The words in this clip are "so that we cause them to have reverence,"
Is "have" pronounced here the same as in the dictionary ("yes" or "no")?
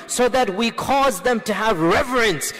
yes